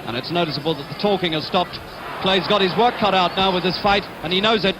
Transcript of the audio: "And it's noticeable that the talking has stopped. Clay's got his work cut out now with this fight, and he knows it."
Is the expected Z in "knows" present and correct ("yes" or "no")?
yes